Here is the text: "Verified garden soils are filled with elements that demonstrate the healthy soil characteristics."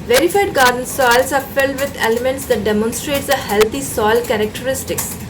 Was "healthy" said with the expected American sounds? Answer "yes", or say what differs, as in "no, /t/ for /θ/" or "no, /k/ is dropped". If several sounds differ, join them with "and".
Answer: no, /t/ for /θ/